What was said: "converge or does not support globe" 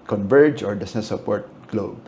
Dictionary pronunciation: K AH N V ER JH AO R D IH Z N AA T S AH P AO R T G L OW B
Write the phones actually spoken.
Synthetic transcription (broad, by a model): K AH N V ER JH AO R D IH S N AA S AH P AO R T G L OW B